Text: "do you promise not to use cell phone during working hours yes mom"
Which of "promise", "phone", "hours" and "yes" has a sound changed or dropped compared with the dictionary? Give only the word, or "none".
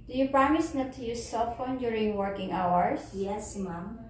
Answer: hours